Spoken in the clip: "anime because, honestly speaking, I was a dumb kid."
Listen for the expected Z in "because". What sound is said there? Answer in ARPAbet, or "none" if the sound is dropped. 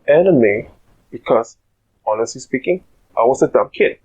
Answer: S